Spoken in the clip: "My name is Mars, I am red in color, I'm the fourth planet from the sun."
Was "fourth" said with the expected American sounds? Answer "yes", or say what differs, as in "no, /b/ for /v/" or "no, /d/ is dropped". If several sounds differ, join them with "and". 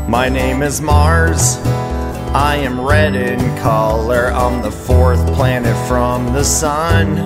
yes